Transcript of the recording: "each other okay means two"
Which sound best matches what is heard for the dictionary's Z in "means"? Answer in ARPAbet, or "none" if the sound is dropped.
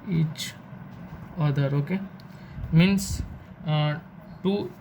S